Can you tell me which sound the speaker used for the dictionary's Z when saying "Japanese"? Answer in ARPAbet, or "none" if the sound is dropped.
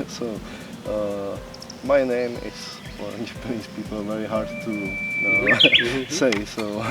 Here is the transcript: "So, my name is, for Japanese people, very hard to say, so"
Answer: S